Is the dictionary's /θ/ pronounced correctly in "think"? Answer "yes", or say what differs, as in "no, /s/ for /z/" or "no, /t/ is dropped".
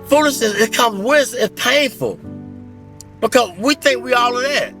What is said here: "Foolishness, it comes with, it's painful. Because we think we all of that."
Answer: yes